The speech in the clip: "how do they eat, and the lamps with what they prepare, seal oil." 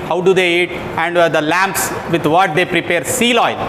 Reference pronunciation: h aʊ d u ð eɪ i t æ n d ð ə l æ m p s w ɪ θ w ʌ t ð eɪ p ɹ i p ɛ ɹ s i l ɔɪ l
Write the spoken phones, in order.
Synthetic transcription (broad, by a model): h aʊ d u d eɪ i t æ n d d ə l æ m p s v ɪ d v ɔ t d eɪ p ɹ i p ɛ ɹ s i l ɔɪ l